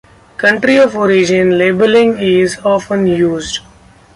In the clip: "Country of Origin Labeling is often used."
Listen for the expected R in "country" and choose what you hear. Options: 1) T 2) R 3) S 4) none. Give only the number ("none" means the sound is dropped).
2